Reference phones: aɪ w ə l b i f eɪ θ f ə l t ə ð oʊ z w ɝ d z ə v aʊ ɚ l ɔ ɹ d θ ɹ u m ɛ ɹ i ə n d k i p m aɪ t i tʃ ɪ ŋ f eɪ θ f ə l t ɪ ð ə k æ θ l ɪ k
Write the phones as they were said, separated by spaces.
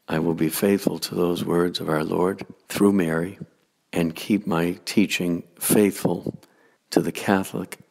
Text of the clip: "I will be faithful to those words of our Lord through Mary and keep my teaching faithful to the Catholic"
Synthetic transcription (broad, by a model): aɪ w ə l b i f eɪ θ f ə l t ə ð oʊ z w ɝ d z ə v aʊ ɚ l ɔ ɹ d θ ɹ u m ɛ ɹ i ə n k i p m aɪ t i tʃ ɪ ŋ f eɪ θ f ə l t ɪ ð ə k æ θ l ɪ k